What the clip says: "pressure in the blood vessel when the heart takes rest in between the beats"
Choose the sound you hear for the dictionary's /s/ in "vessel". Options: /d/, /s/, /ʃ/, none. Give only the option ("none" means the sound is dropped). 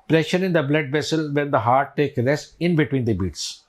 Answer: /s/